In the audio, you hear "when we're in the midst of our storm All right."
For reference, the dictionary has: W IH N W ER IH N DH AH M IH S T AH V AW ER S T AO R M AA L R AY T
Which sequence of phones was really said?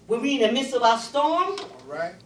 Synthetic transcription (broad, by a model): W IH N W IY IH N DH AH M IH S AH V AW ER S T AO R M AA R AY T